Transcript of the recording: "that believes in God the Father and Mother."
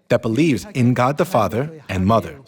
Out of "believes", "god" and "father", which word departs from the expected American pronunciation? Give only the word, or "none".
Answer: none